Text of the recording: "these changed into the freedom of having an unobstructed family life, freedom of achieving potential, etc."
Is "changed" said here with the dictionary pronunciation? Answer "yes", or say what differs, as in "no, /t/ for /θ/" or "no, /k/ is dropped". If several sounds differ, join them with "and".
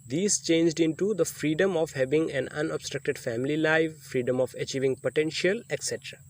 yes